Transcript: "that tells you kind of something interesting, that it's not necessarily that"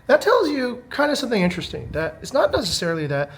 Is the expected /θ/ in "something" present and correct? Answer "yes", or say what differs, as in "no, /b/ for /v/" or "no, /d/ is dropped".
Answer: yes